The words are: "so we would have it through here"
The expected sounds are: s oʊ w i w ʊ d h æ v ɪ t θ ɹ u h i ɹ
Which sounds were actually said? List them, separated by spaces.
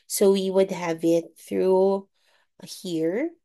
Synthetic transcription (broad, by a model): s oʊ w i w ʊ d h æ v ɪ t θ ɹ u h i ɹ